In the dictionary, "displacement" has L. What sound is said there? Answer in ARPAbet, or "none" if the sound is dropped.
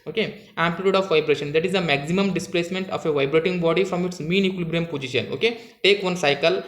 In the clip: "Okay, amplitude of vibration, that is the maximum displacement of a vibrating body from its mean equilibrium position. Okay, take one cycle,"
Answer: L